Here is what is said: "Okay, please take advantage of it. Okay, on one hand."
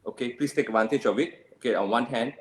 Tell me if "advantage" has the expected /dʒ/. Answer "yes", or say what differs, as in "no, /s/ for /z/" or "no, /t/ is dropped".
no, /tʃ/ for /dʒ/